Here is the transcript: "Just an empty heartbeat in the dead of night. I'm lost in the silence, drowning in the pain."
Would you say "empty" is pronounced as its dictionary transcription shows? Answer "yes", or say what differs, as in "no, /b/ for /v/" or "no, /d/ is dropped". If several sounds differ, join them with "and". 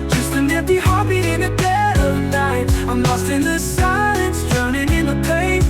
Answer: no, /m/ is dropped